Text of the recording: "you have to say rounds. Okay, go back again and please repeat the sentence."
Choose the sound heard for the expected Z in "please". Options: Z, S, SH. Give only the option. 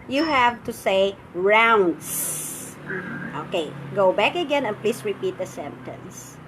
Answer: S